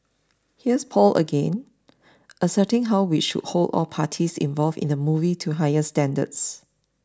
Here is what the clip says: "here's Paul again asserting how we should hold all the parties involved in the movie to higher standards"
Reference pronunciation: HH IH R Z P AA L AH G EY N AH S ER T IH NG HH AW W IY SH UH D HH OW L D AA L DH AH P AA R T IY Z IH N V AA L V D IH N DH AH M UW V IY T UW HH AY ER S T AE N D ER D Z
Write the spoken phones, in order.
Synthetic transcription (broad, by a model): HH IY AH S P AA L AH G EY N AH S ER T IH NG HH AW W IY SH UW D HH OW L D AA L P AA T IY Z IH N V AA L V IH N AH M UW V IY T UW HH AY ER S T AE N D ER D S